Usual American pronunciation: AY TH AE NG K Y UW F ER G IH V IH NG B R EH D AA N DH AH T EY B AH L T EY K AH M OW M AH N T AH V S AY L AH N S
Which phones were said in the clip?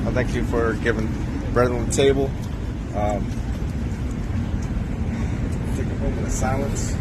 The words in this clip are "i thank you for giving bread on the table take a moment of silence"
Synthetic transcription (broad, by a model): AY TH AE NG K Y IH F ER G IH V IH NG B R EH D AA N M T EY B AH L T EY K AH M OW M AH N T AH S AY L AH N S